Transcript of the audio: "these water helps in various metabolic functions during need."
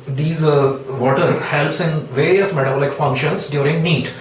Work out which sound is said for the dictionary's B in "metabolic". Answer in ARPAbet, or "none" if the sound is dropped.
none